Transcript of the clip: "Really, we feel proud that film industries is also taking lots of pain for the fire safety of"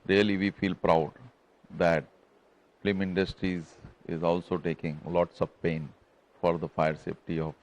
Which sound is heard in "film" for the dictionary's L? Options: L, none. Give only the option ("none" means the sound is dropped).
none